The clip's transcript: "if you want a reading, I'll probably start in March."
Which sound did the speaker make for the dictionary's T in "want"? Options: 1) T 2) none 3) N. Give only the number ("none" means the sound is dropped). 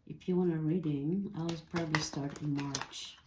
2